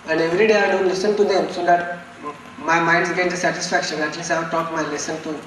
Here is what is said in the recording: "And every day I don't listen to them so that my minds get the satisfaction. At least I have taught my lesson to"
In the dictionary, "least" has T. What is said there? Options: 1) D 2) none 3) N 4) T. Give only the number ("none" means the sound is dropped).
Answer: 2